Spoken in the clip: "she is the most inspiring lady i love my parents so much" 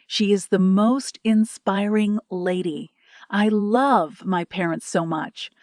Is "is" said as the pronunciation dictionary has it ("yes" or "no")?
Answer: yes